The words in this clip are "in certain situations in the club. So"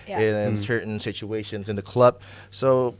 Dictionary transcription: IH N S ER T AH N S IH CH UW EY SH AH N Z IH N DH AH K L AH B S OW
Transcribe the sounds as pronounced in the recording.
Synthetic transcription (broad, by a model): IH N S ER T N S IH CH UW EY SH AH N Z IH N DH AH K L AH B S OW